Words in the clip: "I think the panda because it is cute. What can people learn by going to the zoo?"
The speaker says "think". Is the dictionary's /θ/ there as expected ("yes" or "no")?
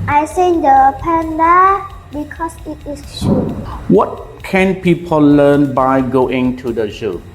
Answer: no